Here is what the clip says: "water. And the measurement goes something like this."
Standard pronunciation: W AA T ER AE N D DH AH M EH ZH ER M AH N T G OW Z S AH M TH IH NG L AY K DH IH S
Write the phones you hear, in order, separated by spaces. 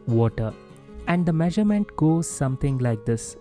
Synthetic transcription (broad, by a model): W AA T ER AE N D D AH M EH ZH ER M AH N T G OW Z S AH M T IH NG L AY K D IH S